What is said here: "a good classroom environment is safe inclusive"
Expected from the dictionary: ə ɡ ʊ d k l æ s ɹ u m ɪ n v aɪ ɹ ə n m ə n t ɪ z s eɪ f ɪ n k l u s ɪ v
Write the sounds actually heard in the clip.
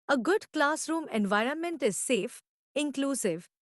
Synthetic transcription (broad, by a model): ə ɡ ʊ d k l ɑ s ɹ u m ɪ n v aɪ ɹ ə n m ə n t ɪ z s eɪ f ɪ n k l u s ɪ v